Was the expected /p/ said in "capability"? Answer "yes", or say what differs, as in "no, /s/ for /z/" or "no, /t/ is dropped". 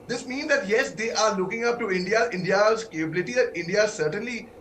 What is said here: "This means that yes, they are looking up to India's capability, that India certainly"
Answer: yes